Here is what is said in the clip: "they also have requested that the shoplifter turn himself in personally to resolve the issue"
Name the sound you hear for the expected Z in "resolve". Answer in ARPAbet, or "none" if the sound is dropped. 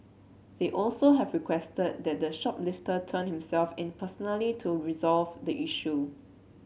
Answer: Z